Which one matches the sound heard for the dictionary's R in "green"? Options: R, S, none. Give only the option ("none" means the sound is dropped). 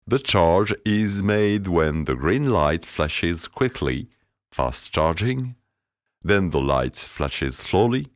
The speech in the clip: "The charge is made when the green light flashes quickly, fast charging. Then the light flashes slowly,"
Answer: R